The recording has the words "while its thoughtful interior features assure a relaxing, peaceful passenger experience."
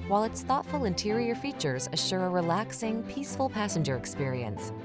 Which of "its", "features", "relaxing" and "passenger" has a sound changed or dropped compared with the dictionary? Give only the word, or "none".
none